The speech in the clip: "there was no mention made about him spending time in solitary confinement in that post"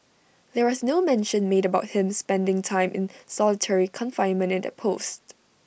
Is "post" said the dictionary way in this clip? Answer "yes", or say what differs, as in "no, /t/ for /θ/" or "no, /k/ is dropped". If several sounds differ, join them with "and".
yes